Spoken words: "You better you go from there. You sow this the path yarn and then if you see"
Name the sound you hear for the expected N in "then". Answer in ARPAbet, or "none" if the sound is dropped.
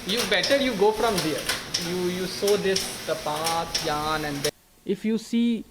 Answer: none